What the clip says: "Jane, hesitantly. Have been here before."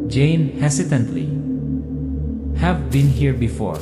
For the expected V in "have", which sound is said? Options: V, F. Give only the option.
V